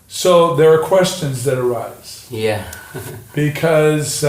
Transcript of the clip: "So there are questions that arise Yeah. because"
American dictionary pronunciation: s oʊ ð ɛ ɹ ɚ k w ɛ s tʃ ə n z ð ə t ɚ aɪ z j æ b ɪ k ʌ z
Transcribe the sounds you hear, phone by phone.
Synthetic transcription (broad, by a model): s oʊ ð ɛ ɹ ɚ k w ɛ s tʃ ə n z ð ə t ɚ aɪ z j æ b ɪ k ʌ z